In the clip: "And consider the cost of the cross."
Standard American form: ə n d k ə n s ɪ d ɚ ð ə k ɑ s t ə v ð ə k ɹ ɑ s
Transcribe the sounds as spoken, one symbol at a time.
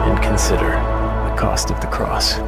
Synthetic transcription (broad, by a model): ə n k n s ɪ d ɚ ð ə k ɑ s t ə v ð ə k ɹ ɑ s